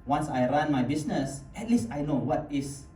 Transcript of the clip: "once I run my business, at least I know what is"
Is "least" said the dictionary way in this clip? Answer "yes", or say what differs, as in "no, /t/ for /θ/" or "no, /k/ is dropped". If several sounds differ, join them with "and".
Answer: yes